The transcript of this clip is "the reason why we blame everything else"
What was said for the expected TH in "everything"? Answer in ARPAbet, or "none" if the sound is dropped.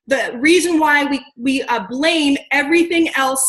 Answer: TH